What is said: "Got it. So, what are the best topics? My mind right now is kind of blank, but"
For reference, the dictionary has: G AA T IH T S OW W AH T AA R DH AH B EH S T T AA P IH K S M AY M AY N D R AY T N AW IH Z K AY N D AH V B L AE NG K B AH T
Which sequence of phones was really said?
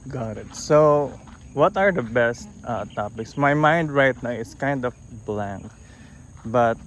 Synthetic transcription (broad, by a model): G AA T IH T S OW W AH T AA R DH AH B EH S T T AA P IH K S M AY M AY N D R AY T N AW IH S K AY N D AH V B L AE NG K B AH T